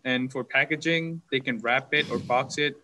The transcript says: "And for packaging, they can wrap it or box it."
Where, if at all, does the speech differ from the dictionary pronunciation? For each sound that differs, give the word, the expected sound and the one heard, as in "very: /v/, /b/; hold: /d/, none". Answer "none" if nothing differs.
none